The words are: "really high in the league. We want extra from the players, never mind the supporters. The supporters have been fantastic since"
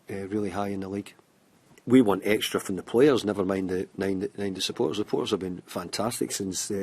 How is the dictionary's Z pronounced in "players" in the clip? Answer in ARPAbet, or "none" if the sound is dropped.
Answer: Z